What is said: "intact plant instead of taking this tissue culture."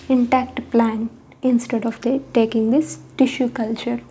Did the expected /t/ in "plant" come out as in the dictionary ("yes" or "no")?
no